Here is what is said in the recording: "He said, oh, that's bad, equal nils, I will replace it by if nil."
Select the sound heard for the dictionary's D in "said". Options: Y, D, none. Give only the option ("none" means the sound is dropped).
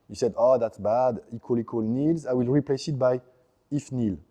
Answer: D